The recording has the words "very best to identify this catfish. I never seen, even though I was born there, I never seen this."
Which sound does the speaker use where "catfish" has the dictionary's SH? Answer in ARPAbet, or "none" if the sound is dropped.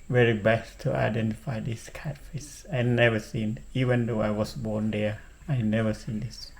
S